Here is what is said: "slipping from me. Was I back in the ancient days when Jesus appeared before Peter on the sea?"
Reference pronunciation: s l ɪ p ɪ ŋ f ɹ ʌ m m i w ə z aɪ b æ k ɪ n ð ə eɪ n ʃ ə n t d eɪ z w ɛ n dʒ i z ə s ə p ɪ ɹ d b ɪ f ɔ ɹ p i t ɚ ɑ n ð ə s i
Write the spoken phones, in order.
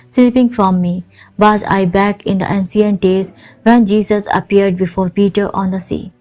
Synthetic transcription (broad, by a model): s l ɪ p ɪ ŋ f ɹ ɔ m m i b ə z aɪ b æ k ɪ n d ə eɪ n s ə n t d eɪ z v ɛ n dʒ i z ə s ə p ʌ ɹ d b ɪ f ɔ ɹ p i t ɚ ɑ n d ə s i